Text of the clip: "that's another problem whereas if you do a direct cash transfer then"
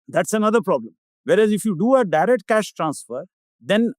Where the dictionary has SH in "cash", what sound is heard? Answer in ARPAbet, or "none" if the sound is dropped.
SH